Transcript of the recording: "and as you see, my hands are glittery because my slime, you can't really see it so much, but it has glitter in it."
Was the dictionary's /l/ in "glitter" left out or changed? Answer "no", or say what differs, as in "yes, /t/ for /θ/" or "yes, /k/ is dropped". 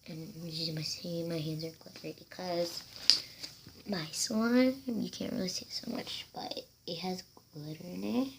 yes, /l/ is dropped